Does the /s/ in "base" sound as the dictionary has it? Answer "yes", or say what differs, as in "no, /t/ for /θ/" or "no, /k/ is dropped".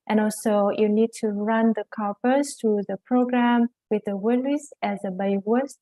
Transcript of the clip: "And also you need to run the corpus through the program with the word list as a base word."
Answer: no, /s/ is dropped